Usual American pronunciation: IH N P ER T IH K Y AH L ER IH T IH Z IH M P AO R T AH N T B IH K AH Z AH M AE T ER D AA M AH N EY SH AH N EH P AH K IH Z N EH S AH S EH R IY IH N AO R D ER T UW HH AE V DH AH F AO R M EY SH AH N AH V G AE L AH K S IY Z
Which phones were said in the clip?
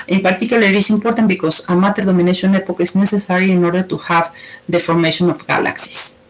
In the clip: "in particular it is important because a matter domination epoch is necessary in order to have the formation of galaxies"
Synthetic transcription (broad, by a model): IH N P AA T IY K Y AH L IH T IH S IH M P AO R T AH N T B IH K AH S AH M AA T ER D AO M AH N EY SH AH N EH P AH K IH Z N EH S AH S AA R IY IH N AO R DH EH T UW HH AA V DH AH F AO R M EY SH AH N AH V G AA L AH K S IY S